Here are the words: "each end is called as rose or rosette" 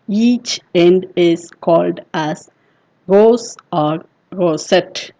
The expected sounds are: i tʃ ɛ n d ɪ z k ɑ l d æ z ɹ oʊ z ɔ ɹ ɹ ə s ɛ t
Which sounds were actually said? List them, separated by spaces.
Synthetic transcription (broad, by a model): i tʃ ɛ n d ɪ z k ɑ l d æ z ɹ oʊ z ɔ ɹ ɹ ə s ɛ t